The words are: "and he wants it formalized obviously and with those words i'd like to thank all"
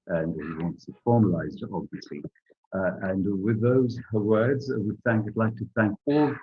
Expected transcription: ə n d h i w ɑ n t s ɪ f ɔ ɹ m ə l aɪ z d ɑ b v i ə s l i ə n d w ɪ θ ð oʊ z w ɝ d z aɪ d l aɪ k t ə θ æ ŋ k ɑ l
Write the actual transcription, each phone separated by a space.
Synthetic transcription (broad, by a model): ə n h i w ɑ n t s ɪ f ɔ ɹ m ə l aɪ z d ɑ b v i ə s l i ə n w ɪ ð oʊ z w ɝ d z aɪ d l aɪ k t ə θ æ ŋ k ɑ l